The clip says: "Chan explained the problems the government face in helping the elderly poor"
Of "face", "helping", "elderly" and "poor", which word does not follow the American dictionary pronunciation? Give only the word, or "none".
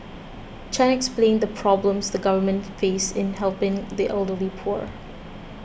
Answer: none